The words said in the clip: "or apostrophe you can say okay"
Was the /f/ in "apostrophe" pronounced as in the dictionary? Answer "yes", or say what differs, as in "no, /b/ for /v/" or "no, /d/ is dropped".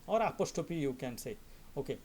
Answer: no, /p/ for /f/